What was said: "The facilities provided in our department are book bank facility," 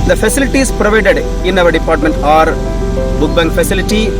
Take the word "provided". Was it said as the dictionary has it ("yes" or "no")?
yes